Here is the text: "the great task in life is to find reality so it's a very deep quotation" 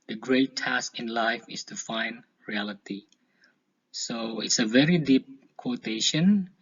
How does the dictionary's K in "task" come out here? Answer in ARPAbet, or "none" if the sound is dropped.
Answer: K